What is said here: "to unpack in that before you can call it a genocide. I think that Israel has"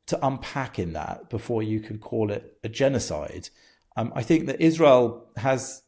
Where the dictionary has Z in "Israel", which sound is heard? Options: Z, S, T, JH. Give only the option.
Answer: Z